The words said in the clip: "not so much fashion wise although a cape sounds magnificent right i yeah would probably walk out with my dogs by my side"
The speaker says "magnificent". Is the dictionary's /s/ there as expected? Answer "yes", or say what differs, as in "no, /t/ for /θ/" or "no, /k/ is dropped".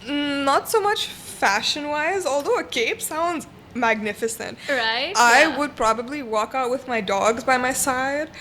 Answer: yes